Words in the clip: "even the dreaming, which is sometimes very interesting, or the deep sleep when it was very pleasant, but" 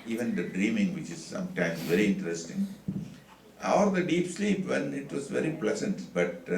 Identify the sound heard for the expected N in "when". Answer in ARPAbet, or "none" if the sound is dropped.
L